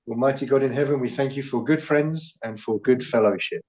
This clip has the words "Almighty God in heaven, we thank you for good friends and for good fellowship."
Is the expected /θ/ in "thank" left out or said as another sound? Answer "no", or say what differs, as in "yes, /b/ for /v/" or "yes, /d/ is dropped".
no